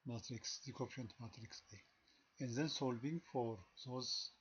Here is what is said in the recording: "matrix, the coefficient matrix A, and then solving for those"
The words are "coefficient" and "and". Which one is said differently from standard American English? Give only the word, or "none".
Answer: coefficient